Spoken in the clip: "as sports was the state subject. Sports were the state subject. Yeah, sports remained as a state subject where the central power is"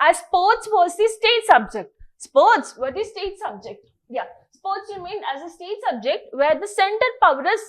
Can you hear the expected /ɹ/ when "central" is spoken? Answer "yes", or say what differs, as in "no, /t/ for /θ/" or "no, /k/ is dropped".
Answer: no, /ɹ/ is dropped